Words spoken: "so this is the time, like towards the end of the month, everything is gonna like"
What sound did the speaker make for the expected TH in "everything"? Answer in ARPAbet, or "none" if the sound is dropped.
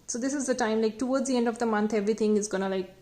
T